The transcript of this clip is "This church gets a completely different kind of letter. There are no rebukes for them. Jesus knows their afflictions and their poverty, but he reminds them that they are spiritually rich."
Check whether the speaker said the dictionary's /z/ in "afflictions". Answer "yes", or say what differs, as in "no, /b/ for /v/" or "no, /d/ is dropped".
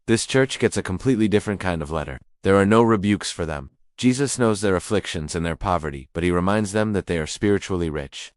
yes